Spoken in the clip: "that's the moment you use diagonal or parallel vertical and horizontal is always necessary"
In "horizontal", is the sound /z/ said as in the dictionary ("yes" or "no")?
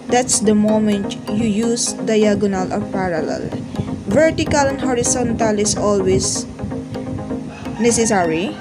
no